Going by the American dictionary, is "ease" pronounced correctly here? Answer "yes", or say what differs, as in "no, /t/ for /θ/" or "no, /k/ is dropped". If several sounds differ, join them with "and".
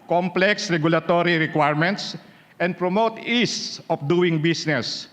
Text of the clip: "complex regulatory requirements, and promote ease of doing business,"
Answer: no, /s/ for /z/